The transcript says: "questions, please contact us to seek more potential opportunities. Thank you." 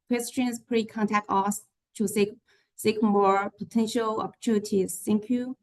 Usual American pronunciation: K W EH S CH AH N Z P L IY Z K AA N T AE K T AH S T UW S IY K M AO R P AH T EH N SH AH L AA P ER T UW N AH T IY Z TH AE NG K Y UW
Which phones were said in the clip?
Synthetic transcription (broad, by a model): K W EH S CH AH N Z P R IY K AA N T AE K T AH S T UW S IY K M AO R P AH T EH N SH AH L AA P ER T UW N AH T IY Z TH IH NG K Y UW